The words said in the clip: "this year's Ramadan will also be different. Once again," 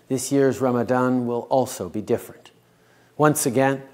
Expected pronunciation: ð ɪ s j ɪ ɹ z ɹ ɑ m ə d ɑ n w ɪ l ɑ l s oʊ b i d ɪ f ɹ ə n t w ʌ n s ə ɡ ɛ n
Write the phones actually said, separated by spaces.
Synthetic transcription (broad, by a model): ð ɪ s j ɪ ɹ z ɹ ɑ m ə d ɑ n w ɪ l ɑ l s oʊ b i d ɪ f ɹ ə n t w ʌ n s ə ɡ ɛ n